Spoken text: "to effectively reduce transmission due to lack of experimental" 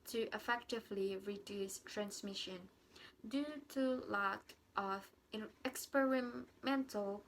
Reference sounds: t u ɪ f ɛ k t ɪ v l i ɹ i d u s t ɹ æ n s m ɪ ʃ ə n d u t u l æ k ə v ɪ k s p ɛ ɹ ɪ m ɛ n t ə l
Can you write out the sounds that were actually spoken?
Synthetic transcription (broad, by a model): t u ɪ f ɛ k t ɪ v l i ɹ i d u s t ɹ æ n s m ɪ ʃ ə n d u t u l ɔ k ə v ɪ k s p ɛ ɹ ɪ m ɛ n t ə l